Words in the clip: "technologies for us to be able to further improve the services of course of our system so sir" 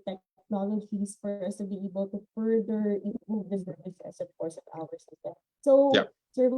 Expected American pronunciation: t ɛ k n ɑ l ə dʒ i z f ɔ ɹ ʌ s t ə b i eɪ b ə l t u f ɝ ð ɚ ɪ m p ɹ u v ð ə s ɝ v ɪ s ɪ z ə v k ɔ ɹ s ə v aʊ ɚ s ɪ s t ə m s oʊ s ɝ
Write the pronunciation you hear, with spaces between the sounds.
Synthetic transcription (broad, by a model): t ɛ k n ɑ l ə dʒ i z f ɔ ɹ ʌ s t ə b i eɪ b ə l t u f ɝ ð ɚ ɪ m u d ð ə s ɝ ɪ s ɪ s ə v k ɔ ɹ s ə v aʊ ɚ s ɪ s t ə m s oʊ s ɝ